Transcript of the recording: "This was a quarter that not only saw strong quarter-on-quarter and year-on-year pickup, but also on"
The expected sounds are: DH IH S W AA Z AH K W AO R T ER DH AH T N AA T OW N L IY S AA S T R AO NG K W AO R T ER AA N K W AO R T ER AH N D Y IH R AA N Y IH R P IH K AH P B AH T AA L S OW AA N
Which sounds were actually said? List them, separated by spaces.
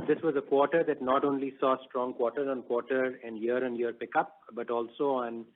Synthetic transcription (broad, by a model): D IH S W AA Z AH K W AO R T ER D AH T N AA T OW N L IY S AA S T R AO NG K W AO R T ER AA N K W AO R T ER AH N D Y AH R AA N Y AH R P IH K AH P B AH T AA L S OW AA N